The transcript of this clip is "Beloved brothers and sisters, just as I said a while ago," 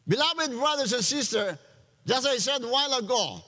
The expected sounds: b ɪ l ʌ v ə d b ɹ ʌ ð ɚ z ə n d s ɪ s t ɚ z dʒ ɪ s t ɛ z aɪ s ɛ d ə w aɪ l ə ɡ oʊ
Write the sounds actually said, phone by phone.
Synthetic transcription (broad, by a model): b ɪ l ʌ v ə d b ɹ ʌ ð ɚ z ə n s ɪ s t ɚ dʒ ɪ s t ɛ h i s ɛ d w aɪ l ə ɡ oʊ